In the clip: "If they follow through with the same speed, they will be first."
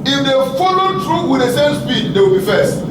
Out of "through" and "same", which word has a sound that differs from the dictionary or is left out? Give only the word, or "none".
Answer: through